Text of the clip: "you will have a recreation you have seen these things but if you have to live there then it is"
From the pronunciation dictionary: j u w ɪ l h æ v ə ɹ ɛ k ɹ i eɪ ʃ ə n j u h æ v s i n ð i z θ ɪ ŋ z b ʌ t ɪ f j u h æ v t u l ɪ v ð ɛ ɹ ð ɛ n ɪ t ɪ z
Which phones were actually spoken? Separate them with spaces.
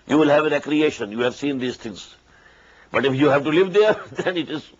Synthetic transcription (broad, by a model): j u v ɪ l h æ v ə ɹ ɛ k ɹ i eɪ ʃ ə n j u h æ v s i n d i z t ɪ ŋ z b ʌ t ɪ f j u h æ v t u l ɪ v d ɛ ɹ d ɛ n ɪ t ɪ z